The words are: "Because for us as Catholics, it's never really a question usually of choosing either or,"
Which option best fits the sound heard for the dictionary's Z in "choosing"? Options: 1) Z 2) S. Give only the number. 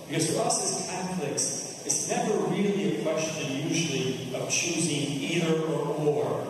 1